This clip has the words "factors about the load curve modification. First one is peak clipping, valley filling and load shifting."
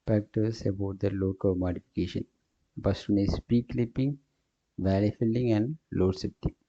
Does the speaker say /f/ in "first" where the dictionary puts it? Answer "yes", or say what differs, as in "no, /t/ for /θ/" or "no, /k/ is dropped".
no, /p/ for /f/